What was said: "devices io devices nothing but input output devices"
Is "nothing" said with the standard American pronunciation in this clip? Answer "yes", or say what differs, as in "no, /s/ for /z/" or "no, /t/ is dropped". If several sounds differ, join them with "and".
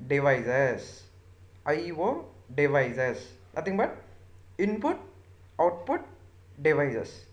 no, /t/ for /θ/